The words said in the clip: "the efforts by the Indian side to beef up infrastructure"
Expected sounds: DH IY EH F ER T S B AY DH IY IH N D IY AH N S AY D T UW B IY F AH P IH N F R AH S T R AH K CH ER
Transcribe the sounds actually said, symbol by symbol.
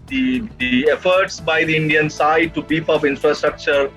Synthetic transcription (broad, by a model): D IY EH F ER T S B AY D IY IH N D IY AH N S AY D T UW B IY P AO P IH N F R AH S T R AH K CH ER